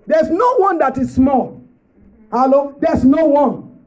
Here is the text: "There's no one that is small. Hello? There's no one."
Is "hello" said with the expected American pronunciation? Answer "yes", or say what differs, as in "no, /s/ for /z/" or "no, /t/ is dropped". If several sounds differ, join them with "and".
yes